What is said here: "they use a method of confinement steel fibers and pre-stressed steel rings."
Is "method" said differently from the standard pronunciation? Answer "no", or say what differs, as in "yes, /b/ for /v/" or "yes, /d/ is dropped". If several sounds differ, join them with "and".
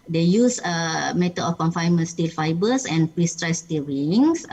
yes, /t/ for /θ/ and /d/ is dropped